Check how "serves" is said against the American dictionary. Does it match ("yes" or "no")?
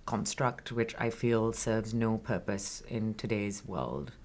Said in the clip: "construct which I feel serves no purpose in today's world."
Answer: yes